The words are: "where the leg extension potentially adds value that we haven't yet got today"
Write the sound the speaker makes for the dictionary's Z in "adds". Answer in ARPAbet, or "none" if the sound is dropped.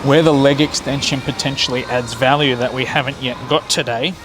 Z